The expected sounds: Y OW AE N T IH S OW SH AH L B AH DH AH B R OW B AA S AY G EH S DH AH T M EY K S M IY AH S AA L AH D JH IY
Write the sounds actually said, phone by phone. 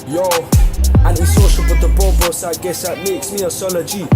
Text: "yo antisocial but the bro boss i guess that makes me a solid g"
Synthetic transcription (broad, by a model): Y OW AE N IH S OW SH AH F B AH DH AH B OW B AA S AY G EH S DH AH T M EY K S M IY AH S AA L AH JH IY